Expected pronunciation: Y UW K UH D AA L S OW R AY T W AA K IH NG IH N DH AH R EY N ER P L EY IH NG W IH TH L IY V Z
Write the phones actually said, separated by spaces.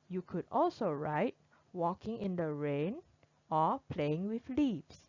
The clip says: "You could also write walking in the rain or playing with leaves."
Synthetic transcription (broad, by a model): Y UW K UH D AA L S OW R AY T W AA K IH NG IH N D AH R EY N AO P L EY IH NG W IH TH L IY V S